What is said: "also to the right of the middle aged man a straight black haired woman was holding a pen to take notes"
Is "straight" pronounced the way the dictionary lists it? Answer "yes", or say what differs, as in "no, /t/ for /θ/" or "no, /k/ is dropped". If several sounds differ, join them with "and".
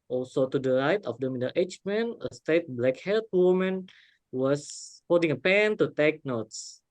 no, /ɹ/ is dropped